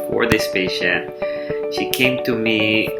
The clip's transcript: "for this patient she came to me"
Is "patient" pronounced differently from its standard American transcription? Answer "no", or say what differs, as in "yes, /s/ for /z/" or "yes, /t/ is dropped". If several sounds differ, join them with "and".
yes, /n/ is dropped